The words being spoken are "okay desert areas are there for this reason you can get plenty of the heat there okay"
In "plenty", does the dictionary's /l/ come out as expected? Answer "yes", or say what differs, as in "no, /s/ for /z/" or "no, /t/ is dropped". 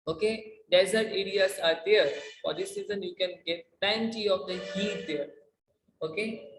no, /l/ is dropped